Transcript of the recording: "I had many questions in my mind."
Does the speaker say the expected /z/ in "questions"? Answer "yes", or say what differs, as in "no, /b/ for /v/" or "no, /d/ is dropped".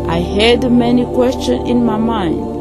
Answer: no, /z/ is dropped